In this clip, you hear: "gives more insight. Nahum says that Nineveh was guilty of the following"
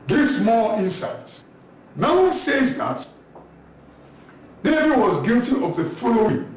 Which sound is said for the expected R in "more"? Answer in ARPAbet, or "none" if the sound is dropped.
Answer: L